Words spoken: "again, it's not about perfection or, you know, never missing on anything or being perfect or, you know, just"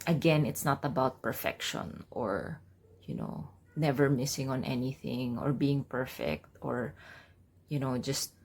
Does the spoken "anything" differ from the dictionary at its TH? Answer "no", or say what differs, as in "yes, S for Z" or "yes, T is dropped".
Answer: no